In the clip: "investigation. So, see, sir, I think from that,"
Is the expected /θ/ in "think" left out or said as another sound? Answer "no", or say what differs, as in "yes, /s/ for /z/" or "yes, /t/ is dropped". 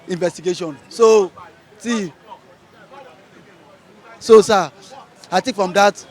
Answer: yes, /t/ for /θ/